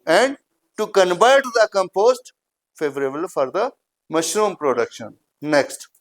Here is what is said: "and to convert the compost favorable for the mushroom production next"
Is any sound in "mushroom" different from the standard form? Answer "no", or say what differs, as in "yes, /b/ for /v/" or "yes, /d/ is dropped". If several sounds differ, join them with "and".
no